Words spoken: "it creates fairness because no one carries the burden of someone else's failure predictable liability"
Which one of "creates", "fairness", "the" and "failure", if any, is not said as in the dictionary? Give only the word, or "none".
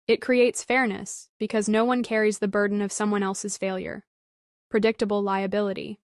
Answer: none